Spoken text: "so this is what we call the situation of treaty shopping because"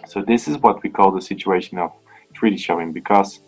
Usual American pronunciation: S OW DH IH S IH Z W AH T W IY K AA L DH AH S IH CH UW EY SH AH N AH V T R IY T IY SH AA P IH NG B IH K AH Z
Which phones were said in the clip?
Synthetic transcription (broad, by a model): S OW DH IH S IH Z W AH T W IY K AA L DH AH S IH CH UW EY SH AH N AH V T R IY T IY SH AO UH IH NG B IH K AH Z